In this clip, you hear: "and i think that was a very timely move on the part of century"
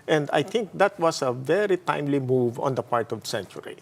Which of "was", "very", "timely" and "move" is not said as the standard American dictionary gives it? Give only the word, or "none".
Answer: was